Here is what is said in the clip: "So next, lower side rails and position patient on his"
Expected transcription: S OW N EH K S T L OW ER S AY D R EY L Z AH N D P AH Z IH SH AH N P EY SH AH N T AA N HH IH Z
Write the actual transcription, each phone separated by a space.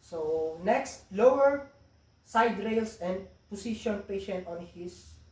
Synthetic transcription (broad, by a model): S OW N EH K S T L OW ER S AY D R EY L S AH N D P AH S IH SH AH N P EY SH AH N T AA N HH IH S